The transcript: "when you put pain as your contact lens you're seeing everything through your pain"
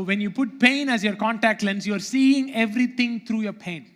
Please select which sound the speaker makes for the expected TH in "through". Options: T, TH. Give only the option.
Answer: T